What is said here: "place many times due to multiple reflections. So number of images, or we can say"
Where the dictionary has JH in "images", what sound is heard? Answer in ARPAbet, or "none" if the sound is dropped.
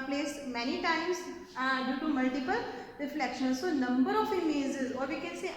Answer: Z